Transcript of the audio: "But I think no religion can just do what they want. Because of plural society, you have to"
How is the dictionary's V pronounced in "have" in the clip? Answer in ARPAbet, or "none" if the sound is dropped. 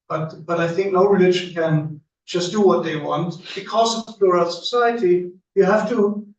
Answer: F